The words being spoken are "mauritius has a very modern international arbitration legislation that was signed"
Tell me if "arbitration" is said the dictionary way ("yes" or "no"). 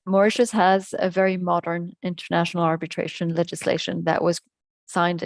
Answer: yes